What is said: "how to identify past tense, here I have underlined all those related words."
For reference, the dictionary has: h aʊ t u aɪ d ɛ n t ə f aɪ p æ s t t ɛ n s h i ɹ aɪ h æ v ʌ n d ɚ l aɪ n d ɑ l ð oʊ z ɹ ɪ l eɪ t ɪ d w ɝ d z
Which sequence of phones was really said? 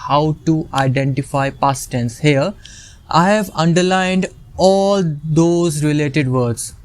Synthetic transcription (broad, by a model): h aʊ t u aɪ d ɛ n t ə f aɪ p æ s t t ɛ n s h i ɹ aɪ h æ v ʌ n d ɚ l aɪ n d ɑ l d oʊ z ɹ ɪ l eɪ t ɪ d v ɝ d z